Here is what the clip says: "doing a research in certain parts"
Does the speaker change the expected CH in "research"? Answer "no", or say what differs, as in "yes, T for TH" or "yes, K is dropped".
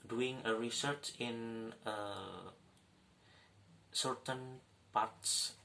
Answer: no